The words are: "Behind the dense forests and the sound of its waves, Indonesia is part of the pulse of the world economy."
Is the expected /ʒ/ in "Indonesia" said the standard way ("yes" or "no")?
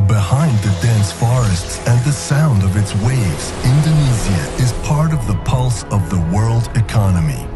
no